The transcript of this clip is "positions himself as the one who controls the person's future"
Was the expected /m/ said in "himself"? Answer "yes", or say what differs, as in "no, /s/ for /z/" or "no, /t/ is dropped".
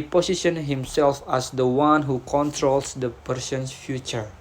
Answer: yes